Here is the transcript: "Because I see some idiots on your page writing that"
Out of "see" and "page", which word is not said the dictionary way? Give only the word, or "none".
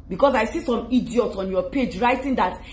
none